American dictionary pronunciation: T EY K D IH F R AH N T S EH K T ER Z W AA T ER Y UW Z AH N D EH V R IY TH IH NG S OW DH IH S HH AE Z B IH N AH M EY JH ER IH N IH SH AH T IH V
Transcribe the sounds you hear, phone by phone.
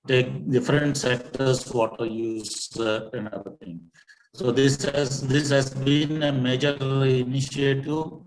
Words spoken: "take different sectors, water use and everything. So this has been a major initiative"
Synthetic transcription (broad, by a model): T EY K D IH F R AH N T S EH K T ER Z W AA T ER Y UW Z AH N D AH R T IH NG S OW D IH S HH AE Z B IH N AH M EY JH ER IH N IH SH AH T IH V